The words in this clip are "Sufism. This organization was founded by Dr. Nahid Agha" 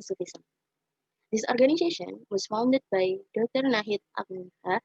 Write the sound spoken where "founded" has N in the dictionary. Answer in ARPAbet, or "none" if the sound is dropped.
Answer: N